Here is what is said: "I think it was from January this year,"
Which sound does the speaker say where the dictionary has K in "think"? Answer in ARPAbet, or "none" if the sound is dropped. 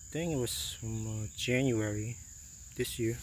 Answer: none